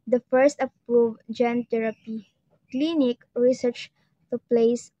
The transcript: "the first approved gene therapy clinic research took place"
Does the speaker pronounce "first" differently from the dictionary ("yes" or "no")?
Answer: no